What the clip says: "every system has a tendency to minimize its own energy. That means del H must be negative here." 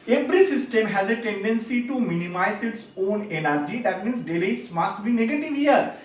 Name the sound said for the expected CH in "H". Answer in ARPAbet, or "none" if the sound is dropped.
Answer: S